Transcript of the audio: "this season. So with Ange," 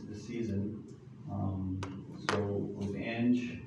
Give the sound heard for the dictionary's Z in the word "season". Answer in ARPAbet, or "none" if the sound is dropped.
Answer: Z